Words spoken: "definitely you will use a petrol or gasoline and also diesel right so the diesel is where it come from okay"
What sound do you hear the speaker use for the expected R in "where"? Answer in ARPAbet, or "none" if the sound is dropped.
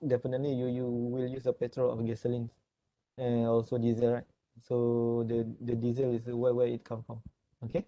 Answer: W